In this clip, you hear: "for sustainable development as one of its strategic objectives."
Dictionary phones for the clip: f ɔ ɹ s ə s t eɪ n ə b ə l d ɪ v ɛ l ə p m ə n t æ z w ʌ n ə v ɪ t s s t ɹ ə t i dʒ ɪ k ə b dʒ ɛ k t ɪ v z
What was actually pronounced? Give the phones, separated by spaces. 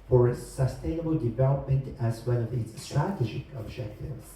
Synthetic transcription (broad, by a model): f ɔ ɹ s ə s t eɪ n ə b ə l d ɪ v ɛ l ə p m ə n t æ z w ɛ l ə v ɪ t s s t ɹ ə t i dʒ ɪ k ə b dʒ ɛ k t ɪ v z